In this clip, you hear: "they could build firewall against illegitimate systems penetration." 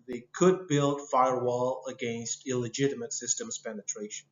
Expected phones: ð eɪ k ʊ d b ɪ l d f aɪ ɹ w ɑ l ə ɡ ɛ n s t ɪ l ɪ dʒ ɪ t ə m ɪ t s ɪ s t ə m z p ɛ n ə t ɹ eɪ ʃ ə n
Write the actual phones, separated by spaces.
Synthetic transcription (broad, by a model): ð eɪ k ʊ d b ɪ l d f aɪ ɹ w ɑ l ə ɡ ɛ n s t ɪ l ɪ dʒ ɪ t ə m ɪ t s ɪ s t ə m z p ɛ n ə t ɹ eɪ ʃ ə n